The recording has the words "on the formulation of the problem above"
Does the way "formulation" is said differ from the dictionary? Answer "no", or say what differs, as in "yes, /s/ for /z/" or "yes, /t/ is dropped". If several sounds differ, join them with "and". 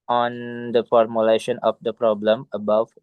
no